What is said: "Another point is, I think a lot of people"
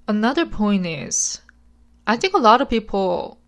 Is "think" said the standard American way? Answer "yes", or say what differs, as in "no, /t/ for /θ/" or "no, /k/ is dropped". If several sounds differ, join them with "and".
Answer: yes